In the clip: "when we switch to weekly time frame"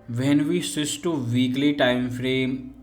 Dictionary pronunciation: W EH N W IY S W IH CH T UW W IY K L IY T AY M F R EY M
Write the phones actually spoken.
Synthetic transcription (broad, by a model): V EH N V IY S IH S T UW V IY K L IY T AY M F R EY M